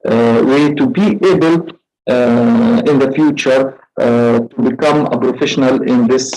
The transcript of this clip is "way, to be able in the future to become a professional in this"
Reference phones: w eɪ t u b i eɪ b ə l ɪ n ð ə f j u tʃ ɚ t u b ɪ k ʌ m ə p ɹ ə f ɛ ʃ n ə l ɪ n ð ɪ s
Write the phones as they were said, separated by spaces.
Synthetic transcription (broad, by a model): w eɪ t u b i eɪ b ə l ɪ n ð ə f j u tʃ ɚ t u b ɪ k ʌ m ə p ɹ ə f ɛ ʃ n ə l ɪ n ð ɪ s